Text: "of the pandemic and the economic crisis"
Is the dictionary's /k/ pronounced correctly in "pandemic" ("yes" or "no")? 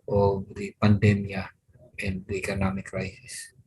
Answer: no